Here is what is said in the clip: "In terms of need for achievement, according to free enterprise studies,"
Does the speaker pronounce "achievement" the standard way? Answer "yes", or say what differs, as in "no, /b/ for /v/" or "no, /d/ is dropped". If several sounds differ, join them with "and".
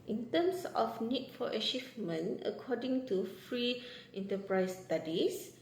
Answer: no, /t/ is dropped